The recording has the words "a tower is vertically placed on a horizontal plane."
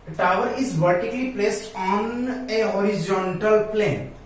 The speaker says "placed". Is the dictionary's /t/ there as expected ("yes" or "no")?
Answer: yes